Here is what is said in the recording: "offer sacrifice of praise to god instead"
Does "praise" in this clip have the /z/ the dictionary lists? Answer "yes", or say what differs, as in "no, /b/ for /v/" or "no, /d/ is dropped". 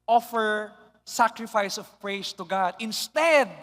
no, /s/ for /z/